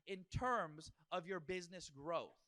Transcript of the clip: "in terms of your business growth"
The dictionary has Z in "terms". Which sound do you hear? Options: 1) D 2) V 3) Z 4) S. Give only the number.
3